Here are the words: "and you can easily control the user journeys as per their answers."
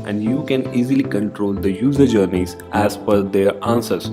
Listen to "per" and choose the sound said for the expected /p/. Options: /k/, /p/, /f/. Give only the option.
/f/